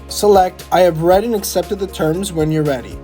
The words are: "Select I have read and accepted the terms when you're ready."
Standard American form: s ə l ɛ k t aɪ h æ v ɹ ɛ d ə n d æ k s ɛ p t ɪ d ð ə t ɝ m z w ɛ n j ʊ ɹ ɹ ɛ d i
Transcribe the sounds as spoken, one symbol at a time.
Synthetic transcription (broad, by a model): s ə l ɛ k t aɪ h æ v ɹ ɛ d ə n æ k s ɛ p t ɪ d ð ə t ɝ m z w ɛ n j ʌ ɹ ɹ ɛ d i